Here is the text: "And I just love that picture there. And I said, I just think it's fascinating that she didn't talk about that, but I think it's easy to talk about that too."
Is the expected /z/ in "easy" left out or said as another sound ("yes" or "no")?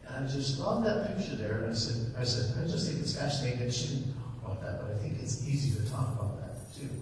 no